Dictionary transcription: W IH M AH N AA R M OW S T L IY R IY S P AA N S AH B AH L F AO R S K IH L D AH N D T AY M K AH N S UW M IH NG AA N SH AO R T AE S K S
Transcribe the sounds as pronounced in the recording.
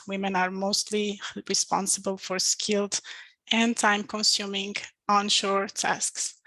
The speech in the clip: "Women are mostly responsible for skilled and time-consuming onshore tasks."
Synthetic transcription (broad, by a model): W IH M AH N AA R M OW S T L IY R IY S P AA N S AH B AH L F AO R S K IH L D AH N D T AY M K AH N S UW M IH NG AA N SH AO R T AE S K S